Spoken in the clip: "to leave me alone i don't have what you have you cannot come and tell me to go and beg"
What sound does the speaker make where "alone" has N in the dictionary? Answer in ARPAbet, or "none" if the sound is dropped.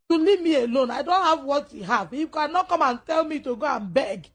N